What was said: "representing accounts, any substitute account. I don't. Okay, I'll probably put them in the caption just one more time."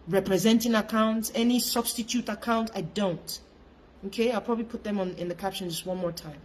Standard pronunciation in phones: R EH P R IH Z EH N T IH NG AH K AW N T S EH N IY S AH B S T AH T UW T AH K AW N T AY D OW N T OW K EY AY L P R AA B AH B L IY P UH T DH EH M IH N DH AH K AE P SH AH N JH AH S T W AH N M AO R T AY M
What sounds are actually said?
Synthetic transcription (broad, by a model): R EH P R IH Z EH N T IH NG AH K AW N T S EH N IY S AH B S T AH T UW T AH K AW N T AY D OW N T OW K EY AY L P R AA B AH B L IY P UH T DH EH M IH N DH AH K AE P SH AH N JH AH S T W AH N M AO R T AY M